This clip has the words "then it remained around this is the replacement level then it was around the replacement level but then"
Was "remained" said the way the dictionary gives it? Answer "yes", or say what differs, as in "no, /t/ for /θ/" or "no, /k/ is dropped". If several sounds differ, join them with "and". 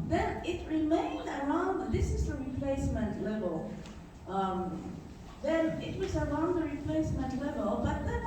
yes